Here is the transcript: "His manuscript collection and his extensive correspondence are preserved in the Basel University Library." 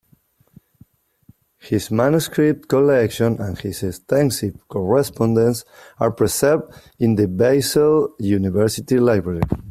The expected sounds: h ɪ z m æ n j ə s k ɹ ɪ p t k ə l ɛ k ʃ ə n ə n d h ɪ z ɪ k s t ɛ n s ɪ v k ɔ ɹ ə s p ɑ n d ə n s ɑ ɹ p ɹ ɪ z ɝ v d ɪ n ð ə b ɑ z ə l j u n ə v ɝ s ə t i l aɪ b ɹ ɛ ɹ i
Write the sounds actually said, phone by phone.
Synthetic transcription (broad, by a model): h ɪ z m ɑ n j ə s k ɹ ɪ p t k ə l ɛ k ʃ ə n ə n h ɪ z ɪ s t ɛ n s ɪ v k ɔ ɹ ə s p ɑ n d ə n s ɑ ɹ p ɹ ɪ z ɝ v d ɪ n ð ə b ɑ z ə l j u n ə v ɝ s ə t i l aɪ b ɹ ɛ ɹ i